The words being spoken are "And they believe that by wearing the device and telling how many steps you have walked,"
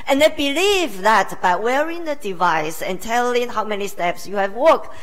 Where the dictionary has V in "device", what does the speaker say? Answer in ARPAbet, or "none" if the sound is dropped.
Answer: V